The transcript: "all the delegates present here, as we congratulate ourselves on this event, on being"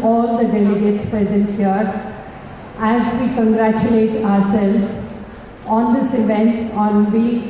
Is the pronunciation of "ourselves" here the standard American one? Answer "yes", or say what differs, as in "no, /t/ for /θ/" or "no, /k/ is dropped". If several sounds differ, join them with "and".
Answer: yes